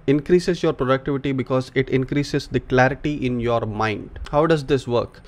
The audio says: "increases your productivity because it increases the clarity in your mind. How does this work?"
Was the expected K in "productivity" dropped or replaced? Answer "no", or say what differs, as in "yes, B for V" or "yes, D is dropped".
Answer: no